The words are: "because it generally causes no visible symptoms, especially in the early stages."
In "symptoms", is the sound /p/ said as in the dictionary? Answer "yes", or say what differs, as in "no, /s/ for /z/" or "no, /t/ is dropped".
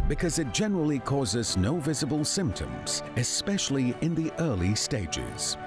yes